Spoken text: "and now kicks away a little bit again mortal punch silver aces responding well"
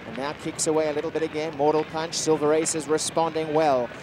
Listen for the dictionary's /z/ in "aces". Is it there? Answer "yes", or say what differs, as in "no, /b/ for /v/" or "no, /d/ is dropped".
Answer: yes